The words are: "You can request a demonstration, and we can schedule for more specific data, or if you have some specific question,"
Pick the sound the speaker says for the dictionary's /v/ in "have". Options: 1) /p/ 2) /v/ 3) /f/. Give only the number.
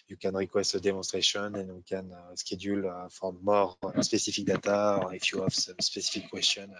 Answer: 3